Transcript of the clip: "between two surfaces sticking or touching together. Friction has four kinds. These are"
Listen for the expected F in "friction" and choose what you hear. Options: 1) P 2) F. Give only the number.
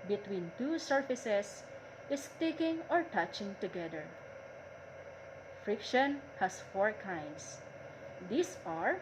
2